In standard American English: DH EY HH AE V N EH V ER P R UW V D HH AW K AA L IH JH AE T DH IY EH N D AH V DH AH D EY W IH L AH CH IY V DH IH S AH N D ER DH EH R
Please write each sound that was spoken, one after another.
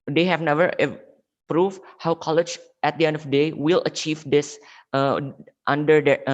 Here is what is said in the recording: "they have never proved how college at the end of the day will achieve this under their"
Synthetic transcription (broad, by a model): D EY HH AE V N EH V ER P R UW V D HH AW K AA L IH JH AE T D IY EH N D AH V D EY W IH L AH CH IY V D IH S AH N D ER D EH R